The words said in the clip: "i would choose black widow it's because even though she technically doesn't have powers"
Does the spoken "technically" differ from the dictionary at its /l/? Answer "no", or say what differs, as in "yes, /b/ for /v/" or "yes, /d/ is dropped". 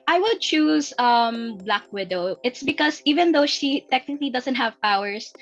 no